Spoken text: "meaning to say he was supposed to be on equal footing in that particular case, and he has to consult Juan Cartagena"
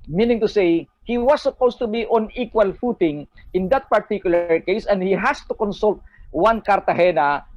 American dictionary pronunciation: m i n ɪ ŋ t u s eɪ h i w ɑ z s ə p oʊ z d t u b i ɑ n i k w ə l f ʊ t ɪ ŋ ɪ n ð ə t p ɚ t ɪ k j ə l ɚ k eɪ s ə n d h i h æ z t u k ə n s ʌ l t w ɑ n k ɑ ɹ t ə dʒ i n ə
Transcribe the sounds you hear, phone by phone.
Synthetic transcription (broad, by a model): m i n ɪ ŋ t u s eɪ h i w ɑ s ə p oʊ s t u b i ɑ n i k w ə l f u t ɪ ŋ ɪ n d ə t p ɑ t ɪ k j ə l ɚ k eɪ s ə n d h i h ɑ s t u k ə n s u l t w ɑ n k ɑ ɹ t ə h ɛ n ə